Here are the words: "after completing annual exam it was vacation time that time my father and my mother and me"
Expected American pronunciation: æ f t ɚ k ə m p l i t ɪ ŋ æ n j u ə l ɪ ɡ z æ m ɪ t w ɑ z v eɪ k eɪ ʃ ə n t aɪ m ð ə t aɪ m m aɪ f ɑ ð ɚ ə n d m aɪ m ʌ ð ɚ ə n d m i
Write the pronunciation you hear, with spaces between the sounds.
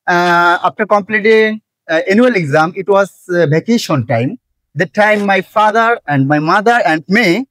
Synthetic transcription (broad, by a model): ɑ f t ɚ k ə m p l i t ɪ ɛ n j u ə l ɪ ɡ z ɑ m ɪ t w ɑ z b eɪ k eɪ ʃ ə n t aɪ m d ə t aɪ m m aɪ f ɑ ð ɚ ə n d m aɪ m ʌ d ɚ ə n d m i